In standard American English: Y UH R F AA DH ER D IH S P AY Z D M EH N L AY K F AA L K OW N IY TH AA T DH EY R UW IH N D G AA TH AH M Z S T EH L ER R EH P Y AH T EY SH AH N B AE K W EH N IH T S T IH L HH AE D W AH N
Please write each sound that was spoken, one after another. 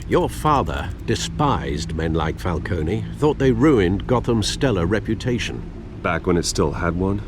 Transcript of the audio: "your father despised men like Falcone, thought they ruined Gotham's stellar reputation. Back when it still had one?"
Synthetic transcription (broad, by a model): Y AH R F AA DH ER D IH S P AY Z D M EH N L AY K F AA L K OW N IY TH AA T DH EY R UW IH N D G AA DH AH M S T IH L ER R EH P Y AH T EY SH AH N B AE K W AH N IH T S T IH L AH D W AH N